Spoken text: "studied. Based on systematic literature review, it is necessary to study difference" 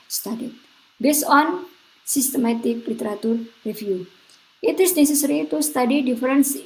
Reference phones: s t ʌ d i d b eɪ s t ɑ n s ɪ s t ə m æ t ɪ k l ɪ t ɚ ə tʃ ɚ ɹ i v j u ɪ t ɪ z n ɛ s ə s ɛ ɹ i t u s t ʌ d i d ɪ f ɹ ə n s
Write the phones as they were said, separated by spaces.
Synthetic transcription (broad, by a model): s t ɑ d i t b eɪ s ɑ n s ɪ s t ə m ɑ t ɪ k l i t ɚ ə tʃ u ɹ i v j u ɪ t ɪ s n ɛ s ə s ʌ ɹ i t u s t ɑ d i d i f ɹ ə n s